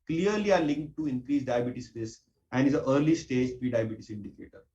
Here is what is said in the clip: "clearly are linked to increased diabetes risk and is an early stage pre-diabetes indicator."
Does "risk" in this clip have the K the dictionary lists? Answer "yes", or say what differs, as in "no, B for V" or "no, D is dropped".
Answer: no, K is dropped